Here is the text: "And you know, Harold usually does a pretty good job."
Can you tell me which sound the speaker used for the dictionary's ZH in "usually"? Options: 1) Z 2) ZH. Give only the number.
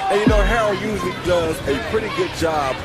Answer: 1